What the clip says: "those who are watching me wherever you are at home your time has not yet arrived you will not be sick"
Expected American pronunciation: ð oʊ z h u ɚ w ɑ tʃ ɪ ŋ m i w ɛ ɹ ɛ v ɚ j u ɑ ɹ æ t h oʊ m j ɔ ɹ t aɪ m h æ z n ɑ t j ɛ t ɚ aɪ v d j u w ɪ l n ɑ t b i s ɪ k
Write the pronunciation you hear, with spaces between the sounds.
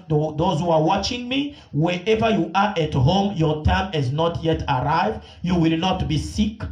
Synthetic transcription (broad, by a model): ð oʊ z h u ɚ w ɑ tʃ ɪ ŋ m i w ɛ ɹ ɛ v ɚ j u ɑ ɹ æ t h oʊ m j ɔ ɹ t aɪ m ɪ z n ɑ t j ɛ t ɚ aɪ v d j u w ɪ l n ɑ t b i s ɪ k